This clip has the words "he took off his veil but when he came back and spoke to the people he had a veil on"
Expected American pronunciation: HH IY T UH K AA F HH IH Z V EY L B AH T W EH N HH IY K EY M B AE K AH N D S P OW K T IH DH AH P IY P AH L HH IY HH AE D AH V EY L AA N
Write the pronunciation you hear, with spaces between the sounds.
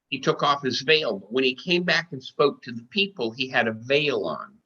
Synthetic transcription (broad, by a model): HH IY T UH K AA F HH IH Z V EY L B AH T W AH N IY K EY M B AE K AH N S P OW K T IH DH AH P IY P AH L IY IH D AH V EY L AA N